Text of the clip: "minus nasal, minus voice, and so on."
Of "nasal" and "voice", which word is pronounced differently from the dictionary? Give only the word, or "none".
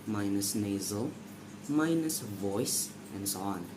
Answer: none